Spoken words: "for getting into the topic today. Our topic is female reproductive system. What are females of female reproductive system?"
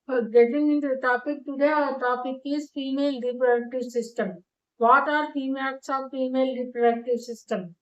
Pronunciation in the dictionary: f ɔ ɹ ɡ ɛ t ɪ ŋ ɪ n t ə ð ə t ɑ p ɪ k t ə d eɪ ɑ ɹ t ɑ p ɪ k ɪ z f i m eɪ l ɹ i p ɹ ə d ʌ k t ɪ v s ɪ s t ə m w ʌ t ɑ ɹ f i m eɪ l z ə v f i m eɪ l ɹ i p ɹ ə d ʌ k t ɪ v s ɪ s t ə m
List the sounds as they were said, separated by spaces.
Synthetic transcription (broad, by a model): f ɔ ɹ ɡ ɛ t ɪ ŋ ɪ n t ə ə t ɑ p ɪ k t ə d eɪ t ɑ p ɪ k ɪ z f i m eɪ l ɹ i p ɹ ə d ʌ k t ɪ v s ɪ s t ə m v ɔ t ɑ ɹ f i m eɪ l s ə f i m eɪ l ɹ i p ɹ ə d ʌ k t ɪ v s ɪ s t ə m